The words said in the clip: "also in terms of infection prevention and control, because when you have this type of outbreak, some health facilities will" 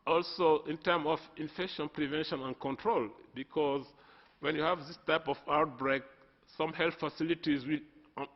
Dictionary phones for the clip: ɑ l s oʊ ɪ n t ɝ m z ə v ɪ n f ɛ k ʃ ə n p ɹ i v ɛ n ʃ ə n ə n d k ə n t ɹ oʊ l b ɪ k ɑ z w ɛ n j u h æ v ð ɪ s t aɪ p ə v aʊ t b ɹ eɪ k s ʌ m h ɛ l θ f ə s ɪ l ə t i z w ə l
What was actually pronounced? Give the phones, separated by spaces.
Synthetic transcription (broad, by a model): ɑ l s oʊ ɪ n t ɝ m ə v ɪ n f ɛ k ʃ ə n p ɹ i v ɛ n ʃ ə n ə n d k ə n t ɹ oʊ l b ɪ k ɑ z w ɛ n j u h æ v ð ɪ s t aɪ p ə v aʊ t b ɹ eɪ k s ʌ m h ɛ l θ f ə s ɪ l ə t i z w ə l